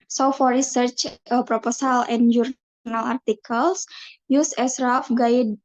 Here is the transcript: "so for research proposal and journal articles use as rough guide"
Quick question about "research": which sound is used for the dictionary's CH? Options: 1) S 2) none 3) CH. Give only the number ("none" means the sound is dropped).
3